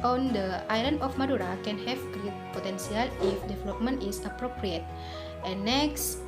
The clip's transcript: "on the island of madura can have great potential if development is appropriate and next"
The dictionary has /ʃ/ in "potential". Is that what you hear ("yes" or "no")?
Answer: no